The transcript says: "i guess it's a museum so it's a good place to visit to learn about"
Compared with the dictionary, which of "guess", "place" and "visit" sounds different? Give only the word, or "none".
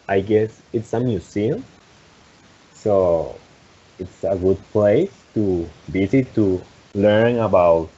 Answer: visit